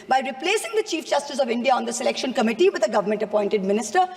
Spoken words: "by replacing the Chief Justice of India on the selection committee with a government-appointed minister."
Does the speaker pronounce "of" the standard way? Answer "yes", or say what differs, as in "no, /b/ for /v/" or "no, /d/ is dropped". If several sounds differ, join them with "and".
yes